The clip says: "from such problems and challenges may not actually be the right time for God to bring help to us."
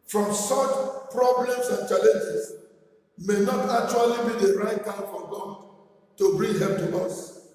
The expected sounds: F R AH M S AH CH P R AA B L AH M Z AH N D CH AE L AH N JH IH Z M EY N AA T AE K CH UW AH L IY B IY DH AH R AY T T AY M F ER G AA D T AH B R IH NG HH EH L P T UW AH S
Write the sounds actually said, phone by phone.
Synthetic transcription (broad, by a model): F R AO M S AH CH P R AA B L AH M S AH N CH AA L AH N JH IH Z M EY N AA T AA K CH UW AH L IY B IY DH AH R AY T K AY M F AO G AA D T AH B R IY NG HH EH P T UW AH S